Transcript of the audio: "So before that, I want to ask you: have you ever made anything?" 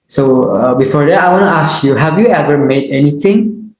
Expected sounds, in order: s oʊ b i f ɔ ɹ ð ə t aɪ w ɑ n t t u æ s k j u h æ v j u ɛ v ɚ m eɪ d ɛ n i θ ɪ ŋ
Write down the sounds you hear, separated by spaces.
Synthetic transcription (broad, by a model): s oʊ b i f ɔ ɹ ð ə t aɪ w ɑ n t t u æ s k j u h æ v j u ɛ v ɚ m eɪ d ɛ n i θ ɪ ŋ